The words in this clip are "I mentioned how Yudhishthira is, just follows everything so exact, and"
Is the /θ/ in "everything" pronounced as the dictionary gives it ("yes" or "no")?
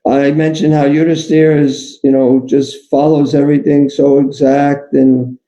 yes